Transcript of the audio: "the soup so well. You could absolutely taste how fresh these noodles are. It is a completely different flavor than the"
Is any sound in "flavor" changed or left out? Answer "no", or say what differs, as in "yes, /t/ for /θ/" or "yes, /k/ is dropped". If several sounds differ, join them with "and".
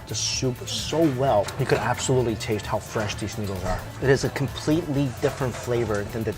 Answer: no